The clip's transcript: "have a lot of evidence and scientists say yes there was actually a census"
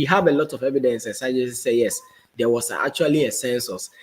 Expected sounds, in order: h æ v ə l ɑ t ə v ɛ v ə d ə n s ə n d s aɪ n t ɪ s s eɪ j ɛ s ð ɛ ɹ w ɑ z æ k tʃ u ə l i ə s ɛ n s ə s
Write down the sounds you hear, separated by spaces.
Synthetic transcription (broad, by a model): h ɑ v ə l ɑ t ə v ɛ v ə d ə n s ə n s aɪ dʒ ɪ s s eɪ j ɛ s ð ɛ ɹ w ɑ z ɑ k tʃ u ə l i ə s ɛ n s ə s